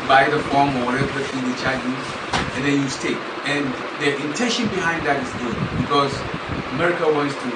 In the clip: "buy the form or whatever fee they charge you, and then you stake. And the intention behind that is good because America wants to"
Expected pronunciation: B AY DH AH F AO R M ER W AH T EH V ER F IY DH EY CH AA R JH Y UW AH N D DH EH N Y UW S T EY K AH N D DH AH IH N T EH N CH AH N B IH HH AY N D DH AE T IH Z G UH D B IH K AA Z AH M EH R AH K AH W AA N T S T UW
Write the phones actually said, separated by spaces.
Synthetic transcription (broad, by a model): B AY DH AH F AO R M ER W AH T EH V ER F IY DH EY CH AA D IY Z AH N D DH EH N Y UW S T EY AH N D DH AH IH N T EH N SH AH N B IH HH AY N D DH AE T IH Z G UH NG B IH K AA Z AH M EH R AH K AH W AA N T S T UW